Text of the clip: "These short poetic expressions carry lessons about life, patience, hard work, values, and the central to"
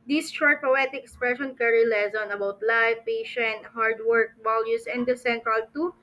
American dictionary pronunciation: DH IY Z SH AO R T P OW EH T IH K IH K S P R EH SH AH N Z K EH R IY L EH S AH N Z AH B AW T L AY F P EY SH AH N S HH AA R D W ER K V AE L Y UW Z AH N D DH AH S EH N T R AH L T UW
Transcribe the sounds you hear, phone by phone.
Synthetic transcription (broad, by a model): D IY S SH AO R T P OW EH T IH K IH K S P R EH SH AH N K EH R IY L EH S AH N AH B AW T L AY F P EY SH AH N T HH AA R D W ER K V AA L Y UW S AH N D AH S EH N T R AH L T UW